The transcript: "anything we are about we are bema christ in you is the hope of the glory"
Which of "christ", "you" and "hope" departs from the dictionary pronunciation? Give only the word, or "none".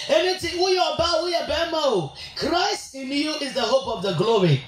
none